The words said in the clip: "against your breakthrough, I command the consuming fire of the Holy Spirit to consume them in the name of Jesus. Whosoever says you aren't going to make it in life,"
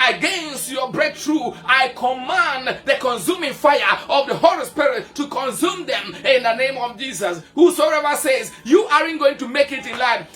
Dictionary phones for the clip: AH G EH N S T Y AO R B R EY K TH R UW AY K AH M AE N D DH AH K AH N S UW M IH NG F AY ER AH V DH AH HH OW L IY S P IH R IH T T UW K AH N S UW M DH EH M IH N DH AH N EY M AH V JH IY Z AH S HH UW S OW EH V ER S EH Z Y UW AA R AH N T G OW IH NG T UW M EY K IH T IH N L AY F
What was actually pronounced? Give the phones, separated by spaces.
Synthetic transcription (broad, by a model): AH G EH N S T Y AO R B R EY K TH R UW AY K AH M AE N D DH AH K AH N S UW M IH NG F AY ER AH V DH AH HH OW L IY S P IH R IH T T UW K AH N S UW M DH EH M IH N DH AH N EY M AH V JH IY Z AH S HH UW S OW EH V ER S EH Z Y UW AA R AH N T G OW IH NG T UW M EY K IH T IH N L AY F